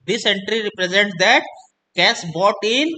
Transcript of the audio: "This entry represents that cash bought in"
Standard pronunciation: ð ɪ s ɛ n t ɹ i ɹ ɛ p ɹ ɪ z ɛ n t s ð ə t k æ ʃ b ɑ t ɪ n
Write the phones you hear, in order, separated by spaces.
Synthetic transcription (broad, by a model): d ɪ s ɛ n t ɹ i ɹ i p ɹ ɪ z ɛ n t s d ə t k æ s b ɑ t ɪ n